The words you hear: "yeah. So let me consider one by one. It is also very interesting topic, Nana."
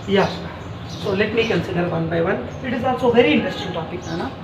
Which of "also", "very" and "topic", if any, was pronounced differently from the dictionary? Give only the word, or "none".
also